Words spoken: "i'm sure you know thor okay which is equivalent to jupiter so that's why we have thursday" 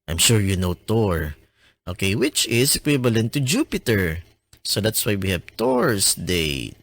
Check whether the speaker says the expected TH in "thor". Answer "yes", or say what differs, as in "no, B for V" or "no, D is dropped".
no, T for TH